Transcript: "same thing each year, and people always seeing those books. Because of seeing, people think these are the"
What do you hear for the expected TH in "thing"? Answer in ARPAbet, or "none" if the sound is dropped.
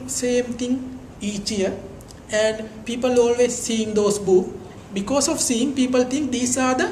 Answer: T